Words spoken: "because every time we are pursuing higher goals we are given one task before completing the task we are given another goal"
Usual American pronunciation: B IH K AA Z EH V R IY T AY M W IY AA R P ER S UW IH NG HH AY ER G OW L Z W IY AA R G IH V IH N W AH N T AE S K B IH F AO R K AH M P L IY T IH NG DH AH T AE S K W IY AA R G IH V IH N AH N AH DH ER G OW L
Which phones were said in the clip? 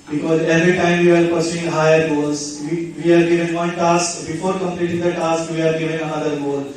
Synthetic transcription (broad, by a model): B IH K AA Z EH V R IY T AY M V IY AA R P ER S UW IH NG HH AY ER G OW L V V IY AA R G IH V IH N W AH N T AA S K B IH F AO R K AH M P L IY T IH NG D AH T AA S K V IY AA R G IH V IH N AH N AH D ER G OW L